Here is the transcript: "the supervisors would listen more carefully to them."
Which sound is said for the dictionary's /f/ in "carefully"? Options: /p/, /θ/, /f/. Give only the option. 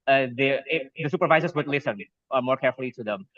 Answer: /f/